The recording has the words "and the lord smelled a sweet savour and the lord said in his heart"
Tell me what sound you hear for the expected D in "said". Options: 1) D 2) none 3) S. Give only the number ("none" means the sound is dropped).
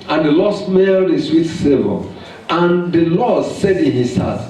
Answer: 1